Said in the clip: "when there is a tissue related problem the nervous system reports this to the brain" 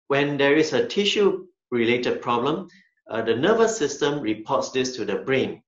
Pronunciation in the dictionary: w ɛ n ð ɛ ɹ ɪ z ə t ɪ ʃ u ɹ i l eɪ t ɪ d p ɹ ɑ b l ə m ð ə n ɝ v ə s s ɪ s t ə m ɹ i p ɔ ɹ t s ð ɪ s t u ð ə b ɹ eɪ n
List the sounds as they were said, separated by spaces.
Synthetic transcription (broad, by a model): w ɛ n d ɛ ɹ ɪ s ə t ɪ ʃ u ɹ i l eɪ t ɪ d p ɹ ɑ b l ə m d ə n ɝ v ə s s ɪ s t ə m ɹ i p ɔ t s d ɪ s t u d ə b ɹ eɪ n